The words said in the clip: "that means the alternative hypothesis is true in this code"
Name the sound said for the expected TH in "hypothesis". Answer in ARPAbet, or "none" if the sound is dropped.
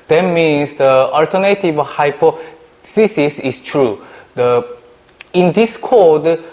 S